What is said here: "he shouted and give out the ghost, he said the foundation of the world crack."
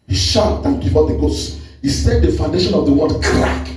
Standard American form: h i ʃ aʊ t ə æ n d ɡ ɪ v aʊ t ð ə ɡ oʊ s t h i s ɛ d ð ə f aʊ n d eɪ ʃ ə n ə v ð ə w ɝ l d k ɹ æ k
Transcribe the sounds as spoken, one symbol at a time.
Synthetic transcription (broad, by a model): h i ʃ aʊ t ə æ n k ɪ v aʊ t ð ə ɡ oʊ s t h i s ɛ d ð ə f aʊ n d eɪ ʃ ə n ə v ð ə w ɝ d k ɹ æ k